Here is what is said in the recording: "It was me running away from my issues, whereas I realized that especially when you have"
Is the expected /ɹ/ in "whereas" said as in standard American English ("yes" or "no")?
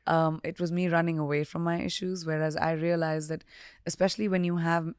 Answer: yes